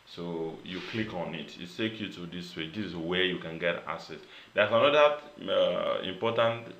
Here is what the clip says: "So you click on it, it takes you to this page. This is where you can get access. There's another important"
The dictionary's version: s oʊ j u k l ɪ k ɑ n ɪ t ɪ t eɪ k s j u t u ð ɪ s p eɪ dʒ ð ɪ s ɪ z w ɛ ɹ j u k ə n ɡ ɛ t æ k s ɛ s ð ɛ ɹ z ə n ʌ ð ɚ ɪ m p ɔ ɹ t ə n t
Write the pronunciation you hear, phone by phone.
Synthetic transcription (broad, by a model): s oʊ j u k l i k ɑ n ɪ t ɪ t eɪ k j u t u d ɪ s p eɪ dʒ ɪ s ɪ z w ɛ j u k ə n ɡ ɛ t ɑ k s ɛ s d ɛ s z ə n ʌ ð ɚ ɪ m p ɔ t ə n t